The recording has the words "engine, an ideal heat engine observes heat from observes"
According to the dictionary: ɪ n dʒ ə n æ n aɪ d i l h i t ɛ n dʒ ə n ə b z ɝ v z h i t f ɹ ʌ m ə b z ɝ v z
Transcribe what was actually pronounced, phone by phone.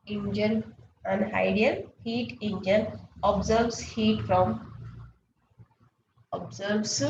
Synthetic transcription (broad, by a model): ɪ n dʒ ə n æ n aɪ d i n h i t ɛ n dʒ ə n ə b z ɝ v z h i t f ɹ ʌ m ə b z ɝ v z